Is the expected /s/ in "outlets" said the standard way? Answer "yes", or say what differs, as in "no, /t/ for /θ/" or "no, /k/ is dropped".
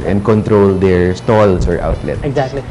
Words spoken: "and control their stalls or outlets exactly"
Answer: no, /s/ is dropped